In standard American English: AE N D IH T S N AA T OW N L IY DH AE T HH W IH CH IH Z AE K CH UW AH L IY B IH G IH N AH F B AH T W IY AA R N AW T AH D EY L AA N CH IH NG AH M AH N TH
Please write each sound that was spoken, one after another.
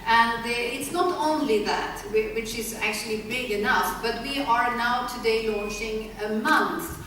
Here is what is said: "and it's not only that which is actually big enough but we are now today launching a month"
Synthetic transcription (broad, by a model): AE N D IH T S N AA T OW N L IY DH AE T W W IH CH IH Z AE K CH UW AH L IY B IH G IH N AH F B AH T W IY AA R N AW T AH D EY L AA N CH IH NG AH M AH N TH